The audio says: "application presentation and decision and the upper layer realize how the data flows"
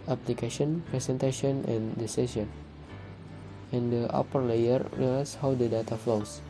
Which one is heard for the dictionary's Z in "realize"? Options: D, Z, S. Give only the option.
S